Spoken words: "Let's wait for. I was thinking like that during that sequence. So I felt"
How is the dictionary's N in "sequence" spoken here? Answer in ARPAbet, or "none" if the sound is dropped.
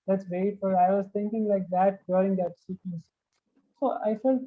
none